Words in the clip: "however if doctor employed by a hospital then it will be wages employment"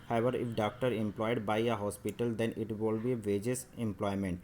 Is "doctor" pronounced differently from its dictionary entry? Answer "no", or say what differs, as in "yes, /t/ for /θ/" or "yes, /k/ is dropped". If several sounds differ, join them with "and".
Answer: no